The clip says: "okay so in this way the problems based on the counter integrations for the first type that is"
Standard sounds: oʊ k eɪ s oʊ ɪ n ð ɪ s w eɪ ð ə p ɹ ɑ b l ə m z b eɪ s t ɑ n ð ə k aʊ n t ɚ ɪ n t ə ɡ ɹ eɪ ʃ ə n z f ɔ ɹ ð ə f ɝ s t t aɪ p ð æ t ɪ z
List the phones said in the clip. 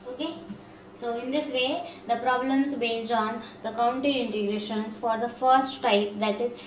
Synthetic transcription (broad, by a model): oʊ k eɪ s oʊ ɪ n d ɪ s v eɪ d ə p ɹ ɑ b l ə m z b eɪ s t ɑ n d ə k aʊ n t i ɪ n t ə ɡ ɹ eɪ ʃ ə n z f ɔ ɹ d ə f ɝ s t t aɪ p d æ t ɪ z